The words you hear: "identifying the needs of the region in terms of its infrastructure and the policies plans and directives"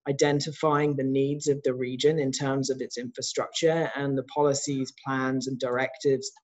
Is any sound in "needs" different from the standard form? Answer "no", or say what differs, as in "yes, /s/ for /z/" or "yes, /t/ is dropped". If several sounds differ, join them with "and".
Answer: no